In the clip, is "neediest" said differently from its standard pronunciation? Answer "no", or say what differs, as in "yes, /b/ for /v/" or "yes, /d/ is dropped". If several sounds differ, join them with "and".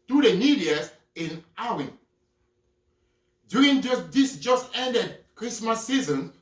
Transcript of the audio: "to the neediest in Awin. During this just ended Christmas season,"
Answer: yes, /t/ is dropped